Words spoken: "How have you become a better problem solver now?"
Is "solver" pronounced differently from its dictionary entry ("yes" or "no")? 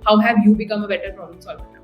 yes